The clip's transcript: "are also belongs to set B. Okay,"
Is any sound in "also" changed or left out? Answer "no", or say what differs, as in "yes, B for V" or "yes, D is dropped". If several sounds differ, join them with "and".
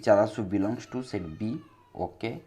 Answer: yes, L is dropped